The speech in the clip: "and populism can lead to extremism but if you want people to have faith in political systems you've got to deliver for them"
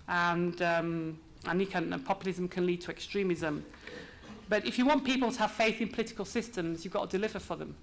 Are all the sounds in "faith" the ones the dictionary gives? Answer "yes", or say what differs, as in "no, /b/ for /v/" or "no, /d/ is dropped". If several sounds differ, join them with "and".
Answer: yes